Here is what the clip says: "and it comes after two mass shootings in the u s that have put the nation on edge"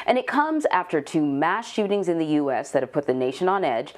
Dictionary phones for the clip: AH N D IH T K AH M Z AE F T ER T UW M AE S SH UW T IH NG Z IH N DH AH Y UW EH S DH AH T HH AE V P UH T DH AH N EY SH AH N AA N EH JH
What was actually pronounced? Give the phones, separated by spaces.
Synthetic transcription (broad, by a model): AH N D IH T K AH M Z AE F T ER T UW M AE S SH UW T IH NG Z IH N DH AH Y UW EH S DH AH T HH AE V P UH T DH AH N EY SH AH N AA N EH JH